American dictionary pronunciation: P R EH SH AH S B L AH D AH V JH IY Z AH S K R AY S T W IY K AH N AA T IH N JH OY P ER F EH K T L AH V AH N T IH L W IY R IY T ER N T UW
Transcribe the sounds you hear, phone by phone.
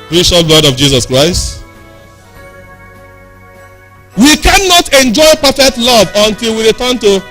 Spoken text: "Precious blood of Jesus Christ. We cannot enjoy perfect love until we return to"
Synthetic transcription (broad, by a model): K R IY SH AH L B L AH D AH V JH IY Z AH S K R AY S T W IY K AH N AA T IH N JH OY P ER F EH K T L AH V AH N T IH L W IY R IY T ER N T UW